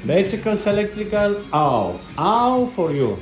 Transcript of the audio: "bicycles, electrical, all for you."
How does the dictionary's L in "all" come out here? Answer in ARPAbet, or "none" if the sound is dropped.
W